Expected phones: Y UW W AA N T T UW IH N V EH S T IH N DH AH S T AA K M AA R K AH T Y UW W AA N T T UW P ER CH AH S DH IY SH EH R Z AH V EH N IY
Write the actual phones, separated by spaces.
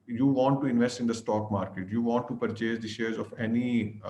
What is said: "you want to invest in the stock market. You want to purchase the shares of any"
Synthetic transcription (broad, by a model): Y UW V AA N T T UW IH N V EH S T IH N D AH S T AA K M AA R K AH T Y UW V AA N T T UW P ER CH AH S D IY SH EH R Z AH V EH N IY